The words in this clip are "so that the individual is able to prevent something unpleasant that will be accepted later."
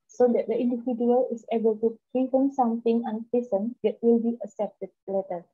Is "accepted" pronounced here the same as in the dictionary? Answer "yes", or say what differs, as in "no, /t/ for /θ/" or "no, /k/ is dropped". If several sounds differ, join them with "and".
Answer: no, /k/ is dropped